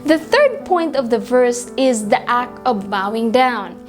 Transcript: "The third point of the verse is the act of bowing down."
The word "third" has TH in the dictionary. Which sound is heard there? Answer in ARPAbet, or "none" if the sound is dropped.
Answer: TH